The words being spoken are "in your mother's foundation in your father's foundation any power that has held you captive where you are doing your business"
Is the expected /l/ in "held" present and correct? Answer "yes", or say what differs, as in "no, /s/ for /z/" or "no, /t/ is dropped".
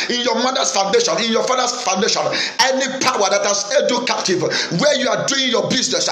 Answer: no, /l/ is dropped